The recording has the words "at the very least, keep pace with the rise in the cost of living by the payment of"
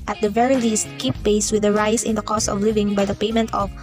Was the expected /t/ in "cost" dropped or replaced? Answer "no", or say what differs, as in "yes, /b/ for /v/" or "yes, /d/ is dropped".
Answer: no